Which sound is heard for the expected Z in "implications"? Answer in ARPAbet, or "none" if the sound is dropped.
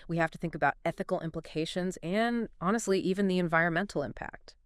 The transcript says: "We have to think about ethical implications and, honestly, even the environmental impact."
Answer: Z